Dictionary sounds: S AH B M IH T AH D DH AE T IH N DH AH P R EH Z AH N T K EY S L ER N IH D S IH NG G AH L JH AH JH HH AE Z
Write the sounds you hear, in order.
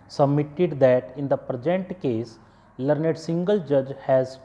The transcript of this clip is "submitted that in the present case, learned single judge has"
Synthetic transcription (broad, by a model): S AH B M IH T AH D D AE T IH N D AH P R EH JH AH N T K EY S L ER N IH D S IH NG G AH L JH AH JH HH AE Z